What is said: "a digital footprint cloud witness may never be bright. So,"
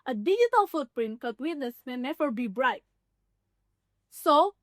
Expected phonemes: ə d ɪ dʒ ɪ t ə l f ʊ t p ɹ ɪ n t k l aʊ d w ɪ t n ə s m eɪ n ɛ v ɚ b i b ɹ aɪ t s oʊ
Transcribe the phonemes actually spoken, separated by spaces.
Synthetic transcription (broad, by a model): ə d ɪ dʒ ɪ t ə l f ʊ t p ɹ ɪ n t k aʊ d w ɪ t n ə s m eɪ n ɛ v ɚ b i b ɹ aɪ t s oʊ